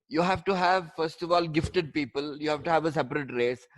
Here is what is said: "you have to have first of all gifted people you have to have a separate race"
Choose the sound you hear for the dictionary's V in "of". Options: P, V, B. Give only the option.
V